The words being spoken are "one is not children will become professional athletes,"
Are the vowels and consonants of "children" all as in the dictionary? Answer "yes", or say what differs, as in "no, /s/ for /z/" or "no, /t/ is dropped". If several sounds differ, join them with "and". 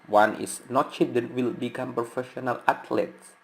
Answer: no, /l/ is dropped and /ɹ/ is dropped